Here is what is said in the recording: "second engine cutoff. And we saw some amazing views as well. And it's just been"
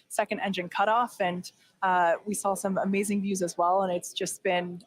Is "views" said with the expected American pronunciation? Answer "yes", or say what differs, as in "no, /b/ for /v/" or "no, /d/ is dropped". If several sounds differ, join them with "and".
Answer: yes